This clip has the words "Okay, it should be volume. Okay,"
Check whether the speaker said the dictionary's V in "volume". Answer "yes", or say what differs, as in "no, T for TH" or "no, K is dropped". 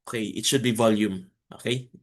yes